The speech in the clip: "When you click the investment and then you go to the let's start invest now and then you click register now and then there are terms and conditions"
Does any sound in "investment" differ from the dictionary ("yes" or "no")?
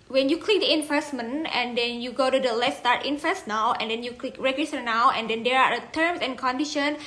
yes